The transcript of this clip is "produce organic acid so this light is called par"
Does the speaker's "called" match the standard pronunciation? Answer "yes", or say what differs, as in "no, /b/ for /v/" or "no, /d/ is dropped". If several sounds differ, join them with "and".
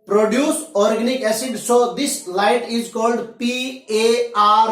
yes